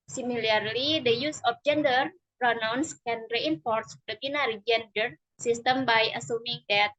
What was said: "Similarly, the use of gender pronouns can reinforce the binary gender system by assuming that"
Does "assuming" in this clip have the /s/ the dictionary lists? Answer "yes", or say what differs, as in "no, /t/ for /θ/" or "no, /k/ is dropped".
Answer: yes